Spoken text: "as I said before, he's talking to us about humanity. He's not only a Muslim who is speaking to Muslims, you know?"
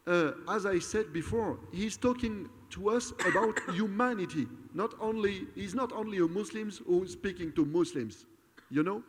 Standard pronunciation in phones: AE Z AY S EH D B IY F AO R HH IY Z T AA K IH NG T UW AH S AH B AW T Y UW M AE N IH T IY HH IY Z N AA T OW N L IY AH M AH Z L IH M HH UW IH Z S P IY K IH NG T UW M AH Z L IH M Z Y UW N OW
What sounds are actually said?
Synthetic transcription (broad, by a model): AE Z AY S EH D B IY F AO R HH IY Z T AA K IH NG T UW AH S AH B AW T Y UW M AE N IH T IY HH IY Z N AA T OW N L IY AH M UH S L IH M HH UW S P IY K IH NG T UW M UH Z L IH M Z Y UW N OW